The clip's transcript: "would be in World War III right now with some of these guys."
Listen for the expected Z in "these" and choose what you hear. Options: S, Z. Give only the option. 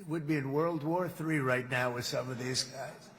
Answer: Z